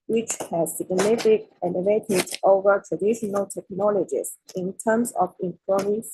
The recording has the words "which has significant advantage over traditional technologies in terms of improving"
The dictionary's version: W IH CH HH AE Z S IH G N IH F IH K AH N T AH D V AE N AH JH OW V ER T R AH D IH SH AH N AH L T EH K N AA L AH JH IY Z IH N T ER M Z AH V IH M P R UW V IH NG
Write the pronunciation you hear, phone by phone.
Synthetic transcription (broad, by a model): W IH CH HH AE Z S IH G N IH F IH K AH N AH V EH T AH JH OW V ER T R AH D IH SH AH N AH L T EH K N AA L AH JH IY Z IH N T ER M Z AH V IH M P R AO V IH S